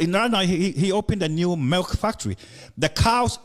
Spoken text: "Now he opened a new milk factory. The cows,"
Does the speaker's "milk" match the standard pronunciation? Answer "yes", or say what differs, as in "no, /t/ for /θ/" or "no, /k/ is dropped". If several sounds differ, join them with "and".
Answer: yes